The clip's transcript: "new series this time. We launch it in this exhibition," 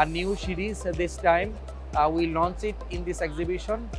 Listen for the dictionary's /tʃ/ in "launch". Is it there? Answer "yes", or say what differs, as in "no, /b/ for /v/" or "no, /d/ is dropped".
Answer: no, /s/ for /tʃ/